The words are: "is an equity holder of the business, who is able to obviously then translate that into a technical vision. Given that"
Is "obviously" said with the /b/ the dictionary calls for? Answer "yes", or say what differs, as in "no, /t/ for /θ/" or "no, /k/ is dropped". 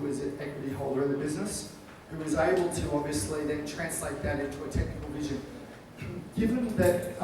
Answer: no, /b/ is dropped